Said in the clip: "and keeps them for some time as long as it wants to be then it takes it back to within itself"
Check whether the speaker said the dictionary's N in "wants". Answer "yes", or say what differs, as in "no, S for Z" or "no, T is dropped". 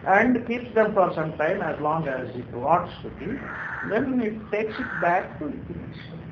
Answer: no, N is dropped